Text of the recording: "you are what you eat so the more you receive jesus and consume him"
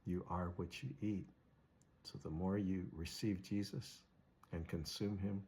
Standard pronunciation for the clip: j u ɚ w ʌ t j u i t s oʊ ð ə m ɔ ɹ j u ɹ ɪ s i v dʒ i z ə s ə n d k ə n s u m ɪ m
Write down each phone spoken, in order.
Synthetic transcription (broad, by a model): j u ɚ w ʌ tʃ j i t s oʊ ð ə m ɔ ɹ j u ɹ ɪ s i v dʒ i z ə s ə n k ə n s u m ɪ m